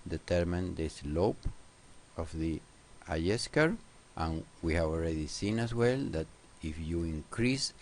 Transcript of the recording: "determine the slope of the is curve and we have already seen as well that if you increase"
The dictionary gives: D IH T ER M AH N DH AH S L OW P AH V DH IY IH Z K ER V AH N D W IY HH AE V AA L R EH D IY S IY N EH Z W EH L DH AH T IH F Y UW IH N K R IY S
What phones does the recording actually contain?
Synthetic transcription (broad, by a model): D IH T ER M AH N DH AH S L OW P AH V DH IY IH S K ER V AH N W IY HH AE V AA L R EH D IY S IY N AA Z W EH L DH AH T IH F Y UW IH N K R IY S